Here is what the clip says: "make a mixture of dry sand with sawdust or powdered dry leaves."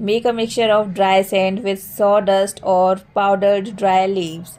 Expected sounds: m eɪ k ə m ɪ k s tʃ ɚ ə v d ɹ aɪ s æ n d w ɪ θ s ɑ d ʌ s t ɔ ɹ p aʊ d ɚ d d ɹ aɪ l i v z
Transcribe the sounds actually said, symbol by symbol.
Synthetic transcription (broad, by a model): m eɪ k ə m ɪ k s tʃ ɚ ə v d ɹ aɪ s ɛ n d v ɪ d s ɑ d ʌ s t ɔ ɹ p aʊ d ɚ d d ɹ aɪ l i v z